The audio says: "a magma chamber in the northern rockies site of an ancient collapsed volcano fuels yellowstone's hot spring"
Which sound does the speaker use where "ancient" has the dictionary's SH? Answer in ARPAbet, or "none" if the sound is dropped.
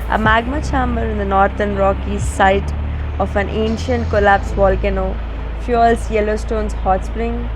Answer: SH